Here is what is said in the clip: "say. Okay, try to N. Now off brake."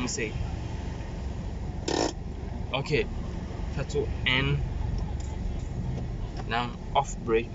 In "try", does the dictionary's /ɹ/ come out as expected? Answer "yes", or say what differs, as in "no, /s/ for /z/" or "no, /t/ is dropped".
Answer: no, /ɹ/ is dropped